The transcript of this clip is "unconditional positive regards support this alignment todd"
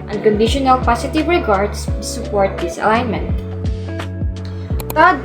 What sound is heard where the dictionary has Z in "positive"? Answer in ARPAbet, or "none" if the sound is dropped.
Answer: S